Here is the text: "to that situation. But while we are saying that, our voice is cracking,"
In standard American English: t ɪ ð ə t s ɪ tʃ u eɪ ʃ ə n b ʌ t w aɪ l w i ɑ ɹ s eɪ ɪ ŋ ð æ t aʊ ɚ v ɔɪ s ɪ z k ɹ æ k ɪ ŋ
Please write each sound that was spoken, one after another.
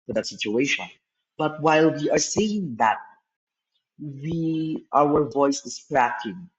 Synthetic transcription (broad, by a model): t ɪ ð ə t s ɪ tʃ u eɪ ʃ ə n b ʌ t w aɪ l w i ɑ ɹ s eɪ ɪ ŋ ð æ t aʊ ɚ v ɔɪ s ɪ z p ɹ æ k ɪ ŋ